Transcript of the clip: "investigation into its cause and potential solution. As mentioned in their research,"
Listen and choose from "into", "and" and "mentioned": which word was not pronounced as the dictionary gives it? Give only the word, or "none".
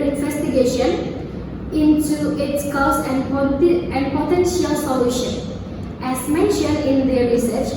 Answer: none